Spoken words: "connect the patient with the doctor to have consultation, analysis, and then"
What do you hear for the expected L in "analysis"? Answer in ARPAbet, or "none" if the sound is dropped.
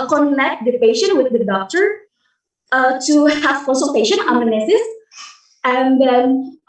N